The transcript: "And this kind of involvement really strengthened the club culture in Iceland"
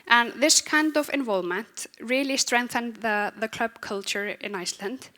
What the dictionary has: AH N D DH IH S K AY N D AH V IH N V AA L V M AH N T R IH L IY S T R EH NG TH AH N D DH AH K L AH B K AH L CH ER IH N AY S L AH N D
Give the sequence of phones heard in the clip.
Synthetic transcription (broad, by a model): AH N DH IH S K AY N D AH V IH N V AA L V M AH N T R IH L IY S T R EH NG TH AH N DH DH AH K L AH B K AH L CH ER IH N AY S L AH N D